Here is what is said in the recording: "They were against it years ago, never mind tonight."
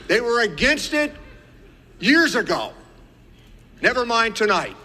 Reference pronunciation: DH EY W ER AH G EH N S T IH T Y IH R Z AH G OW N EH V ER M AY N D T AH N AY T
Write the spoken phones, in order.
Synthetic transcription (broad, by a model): DH EY W ER AH G EH N S T IH T Y IH R Z AH G OW N EH V ER M AY N T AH N AY T